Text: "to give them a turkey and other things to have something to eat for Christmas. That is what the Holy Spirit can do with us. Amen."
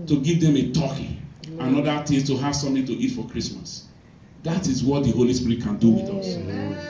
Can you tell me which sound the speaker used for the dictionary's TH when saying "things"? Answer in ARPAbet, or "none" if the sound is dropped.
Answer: T